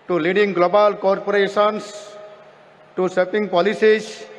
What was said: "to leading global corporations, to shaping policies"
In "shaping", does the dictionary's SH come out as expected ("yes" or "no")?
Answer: no